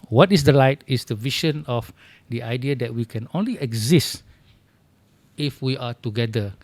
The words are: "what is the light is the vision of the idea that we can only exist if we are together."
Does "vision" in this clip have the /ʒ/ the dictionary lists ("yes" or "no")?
no